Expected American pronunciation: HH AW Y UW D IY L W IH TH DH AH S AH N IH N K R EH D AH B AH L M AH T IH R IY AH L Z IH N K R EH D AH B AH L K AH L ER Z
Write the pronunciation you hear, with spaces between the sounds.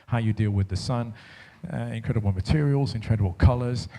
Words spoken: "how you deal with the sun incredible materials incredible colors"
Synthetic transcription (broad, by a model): HH AW Y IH D IY L W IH DH AH S AH N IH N K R EH D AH B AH L M AH T IH R IY AH L Z IH N K R EH D AH B AH L K AH L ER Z